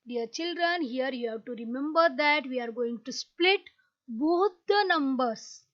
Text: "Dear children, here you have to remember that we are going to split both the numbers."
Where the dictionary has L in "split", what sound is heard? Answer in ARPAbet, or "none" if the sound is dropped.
L